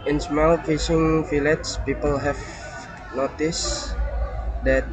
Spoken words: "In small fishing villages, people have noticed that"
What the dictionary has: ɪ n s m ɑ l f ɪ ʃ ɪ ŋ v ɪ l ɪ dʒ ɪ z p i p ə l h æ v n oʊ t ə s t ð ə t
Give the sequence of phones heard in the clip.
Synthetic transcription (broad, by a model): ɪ n s m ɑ l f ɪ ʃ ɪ ŋ f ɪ l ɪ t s p i p ə l h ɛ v n oʊ t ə s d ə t